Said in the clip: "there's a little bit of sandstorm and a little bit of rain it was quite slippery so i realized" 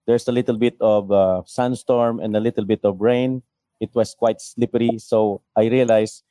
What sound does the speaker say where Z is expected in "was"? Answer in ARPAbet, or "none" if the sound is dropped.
S